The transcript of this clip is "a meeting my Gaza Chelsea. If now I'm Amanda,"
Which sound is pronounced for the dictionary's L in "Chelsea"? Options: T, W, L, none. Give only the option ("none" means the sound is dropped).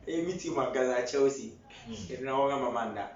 W